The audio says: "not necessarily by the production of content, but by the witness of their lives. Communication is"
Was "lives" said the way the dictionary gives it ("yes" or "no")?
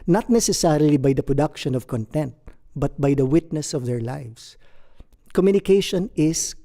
no